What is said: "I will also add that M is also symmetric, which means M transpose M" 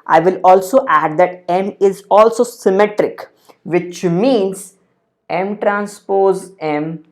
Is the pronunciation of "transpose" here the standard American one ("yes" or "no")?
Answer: yes